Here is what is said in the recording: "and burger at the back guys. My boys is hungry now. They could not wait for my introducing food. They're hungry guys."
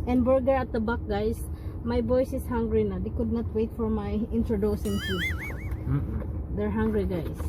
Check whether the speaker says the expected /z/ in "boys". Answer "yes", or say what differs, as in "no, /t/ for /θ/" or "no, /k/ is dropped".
no, /s/ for /z/